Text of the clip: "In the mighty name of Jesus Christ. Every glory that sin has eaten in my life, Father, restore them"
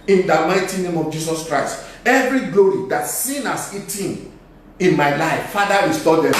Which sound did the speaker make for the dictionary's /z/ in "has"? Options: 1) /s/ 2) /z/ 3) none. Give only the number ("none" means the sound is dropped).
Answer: 1